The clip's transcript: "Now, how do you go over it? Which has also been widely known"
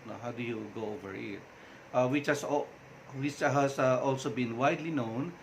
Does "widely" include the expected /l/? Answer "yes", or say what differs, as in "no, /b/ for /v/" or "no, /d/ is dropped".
yes